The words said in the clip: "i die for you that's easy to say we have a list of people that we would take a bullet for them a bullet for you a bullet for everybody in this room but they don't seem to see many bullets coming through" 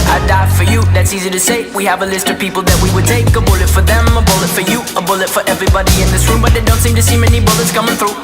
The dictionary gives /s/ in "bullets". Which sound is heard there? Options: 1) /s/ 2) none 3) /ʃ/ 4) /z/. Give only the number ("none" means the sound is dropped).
1